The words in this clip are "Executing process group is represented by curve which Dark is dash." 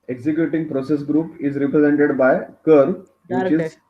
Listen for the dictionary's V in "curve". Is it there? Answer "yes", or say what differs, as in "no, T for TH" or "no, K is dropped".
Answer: yes